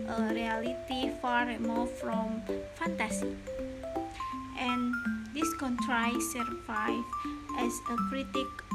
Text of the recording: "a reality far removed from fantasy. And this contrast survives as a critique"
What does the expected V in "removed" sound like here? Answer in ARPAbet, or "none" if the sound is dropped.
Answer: F